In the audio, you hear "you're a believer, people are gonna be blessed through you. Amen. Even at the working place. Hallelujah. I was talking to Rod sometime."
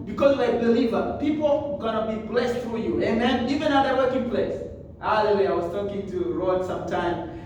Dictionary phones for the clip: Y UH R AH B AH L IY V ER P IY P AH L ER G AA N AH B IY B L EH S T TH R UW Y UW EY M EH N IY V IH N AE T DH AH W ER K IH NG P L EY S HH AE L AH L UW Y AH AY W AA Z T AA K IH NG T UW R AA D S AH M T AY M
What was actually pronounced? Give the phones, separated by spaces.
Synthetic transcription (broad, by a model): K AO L AH B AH L IY V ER P IY P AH L G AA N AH B IY B L EH S T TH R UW Y UW EY M EH N IY V IH N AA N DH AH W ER K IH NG P L EY S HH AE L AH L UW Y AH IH W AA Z T AA K IH NG T UW R AA D S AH M T AY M